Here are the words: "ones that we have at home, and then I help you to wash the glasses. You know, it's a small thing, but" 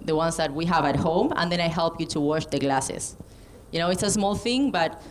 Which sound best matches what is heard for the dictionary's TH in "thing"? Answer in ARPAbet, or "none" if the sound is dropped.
TH